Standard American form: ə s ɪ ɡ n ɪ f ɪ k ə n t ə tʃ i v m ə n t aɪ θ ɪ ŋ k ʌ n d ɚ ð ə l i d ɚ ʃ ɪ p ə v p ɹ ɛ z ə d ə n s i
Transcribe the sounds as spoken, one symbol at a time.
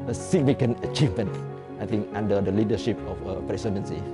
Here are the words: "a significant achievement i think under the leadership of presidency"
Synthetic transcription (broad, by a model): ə s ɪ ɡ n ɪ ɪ k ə n ə tʃ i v m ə n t aɪ t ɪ ŋ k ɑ n d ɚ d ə l i d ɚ ʃ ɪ p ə f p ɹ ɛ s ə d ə n s i